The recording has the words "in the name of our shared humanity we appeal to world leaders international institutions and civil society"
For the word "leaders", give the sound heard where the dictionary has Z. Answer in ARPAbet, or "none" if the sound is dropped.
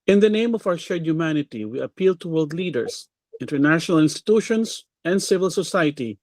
S